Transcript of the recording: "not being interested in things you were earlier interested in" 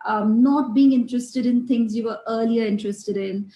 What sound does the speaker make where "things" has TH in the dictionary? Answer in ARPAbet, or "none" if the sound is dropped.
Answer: T